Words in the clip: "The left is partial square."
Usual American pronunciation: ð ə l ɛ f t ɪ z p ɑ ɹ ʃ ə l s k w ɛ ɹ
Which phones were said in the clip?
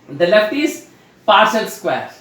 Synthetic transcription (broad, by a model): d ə l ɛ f t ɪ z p ɑ ɹ s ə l s k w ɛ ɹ